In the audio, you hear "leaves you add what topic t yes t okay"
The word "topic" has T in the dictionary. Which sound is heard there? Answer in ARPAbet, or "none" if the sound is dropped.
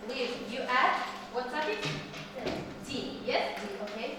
S